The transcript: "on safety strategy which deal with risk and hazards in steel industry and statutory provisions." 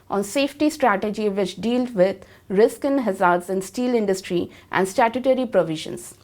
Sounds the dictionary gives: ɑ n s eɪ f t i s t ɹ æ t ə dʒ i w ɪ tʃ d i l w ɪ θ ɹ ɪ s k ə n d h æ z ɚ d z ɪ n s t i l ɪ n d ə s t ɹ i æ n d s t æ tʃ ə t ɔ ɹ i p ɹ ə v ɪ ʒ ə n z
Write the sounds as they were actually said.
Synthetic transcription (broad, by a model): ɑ n s eɪ f t i s t ɹ æ t ə dʒ i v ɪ tʃ d i l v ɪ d ɹ ɪ s k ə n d h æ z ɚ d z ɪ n s t i l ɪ n d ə s t ɹ i æ n d s t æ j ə t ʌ ɹ i p ɹ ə v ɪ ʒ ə n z